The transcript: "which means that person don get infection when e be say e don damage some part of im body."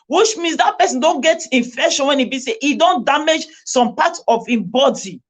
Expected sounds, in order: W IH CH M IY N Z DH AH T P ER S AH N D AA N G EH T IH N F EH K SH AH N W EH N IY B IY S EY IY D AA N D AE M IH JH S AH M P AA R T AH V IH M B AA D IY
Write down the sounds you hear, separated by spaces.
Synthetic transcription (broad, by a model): W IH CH M IY N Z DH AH T P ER S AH N D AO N G EH T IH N F EH SH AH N W EH N IY B IY S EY IY D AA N D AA M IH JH S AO M P AA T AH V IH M B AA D IY